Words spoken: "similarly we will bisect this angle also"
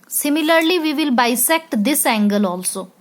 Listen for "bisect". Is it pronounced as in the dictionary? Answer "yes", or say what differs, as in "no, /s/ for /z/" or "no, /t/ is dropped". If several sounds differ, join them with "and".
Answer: yes